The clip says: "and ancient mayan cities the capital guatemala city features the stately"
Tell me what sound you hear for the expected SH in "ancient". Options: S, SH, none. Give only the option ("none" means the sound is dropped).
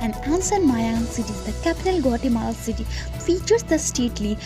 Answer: S